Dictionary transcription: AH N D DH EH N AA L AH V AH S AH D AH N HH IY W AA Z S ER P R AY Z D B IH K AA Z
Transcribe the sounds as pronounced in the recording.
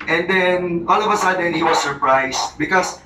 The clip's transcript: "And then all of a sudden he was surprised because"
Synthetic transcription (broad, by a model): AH N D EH N AA L AH V AH S AH D AH N HH IY W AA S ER P R AY S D B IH K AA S